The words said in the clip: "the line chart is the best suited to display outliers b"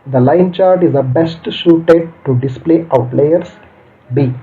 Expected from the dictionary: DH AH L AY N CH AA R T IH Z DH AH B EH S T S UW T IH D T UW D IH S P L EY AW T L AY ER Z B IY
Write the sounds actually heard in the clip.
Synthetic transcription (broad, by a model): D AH L AY N CH AA R T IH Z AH B EH S T SH UW T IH D T UW D IH S P L EY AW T L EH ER S B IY